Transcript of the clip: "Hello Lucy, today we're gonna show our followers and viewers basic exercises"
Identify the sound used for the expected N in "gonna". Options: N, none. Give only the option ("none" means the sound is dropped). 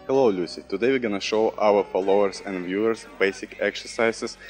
N